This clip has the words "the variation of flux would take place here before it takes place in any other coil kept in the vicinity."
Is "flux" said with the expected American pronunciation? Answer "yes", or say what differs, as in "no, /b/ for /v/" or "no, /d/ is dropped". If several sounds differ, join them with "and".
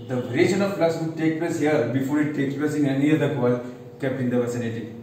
no, /k/ is dropped